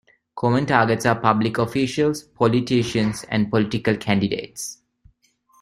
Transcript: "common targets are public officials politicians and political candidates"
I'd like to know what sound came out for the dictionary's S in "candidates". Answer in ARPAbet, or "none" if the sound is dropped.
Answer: S